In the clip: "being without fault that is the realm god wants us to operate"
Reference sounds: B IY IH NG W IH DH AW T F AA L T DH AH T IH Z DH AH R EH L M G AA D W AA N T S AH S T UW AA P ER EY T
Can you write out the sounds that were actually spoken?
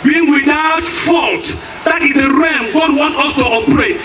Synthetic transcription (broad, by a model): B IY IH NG W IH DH AW T F AA L T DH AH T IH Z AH R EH M G AA D W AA N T AH S T UW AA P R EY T